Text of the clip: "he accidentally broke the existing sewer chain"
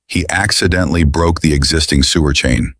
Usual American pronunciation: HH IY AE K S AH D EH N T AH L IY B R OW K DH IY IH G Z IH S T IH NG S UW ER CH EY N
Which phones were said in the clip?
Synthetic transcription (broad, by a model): HH IY AE K S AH D EH N T L IY B R OW K DH IY IH G Z IH S T IH NG S UW ER CH EY N